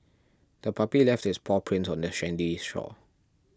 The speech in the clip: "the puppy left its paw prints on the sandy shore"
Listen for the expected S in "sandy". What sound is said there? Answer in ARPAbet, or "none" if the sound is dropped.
SH